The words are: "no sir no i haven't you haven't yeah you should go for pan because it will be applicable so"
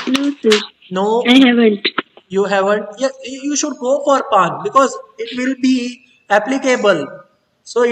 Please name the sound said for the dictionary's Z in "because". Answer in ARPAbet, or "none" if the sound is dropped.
Z